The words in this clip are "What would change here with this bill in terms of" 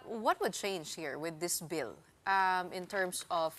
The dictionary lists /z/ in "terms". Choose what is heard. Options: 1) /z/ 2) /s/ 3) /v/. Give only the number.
2